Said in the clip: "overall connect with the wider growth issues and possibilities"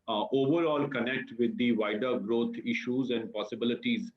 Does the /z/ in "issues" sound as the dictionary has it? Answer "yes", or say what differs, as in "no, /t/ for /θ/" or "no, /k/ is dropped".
yes